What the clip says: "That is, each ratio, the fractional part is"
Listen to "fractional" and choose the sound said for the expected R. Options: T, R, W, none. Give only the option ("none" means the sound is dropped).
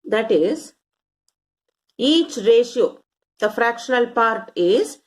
R